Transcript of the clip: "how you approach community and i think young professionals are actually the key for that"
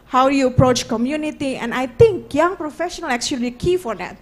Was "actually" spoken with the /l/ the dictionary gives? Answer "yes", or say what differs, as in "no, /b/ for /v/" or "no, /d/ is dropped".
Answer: no, /l/ is dropped